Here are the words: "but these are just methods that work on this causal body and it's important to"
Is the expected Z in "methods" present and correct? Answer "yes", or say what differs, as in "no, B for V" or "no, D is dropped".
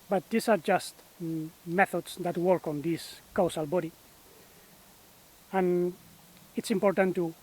no, S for Z